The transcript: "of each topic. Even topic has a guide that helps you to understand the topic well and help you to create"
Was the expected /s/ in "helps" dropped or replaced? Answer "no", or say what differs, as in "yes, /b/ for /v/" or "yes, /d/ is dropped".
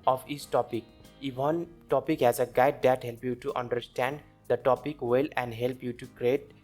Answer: yes, /s/ is dropped